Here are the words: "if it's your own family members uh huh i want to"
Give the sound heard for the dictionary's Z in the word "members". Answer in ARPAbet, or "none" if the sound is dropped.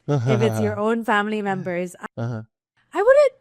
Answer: Z